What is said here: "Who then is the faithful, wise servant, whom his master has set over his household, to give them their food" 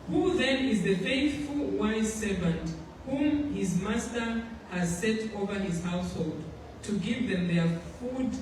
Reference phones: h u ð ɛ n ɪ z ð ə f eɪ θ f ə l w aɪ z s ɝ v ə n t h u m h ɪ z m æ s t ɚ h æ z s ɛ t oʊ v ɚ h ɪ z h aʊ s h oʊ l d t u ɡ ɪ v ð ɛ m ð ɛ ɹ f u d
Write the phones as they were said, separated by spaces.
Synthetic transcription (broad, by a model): h u ð ɛ n ɪ z ð ə f eɪ θ f ə l w aɪ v s ɝ v ə n t h u m h ɪ z m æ s t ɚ h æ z s ɛ t oʊ v ɚ h ɪ z h aʊ s h oʊ l d t u ɡ ɪ v ð ɛ m ð ɛ ɹ f u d